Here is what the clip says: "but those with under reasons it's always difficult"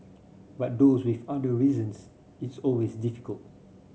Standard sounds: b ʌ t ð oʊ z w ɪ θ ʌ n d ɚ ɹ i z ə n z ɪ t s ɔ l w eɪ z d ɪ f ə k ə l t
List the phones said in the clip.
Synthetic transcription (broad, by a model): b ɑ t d oʊ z w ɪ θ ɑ d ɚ ɹ i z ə n s ɪ t s ɔ l w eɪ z d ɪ f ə k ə l t